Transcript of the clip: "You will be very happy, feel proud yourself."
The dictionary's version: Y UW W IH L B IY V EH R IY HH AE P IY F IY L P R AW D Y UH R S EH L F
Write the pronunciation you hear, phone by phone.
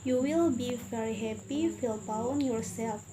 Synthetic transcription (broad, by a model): Y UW W IH L B IY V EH R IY HH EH P IY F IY L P AW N Y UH R S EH L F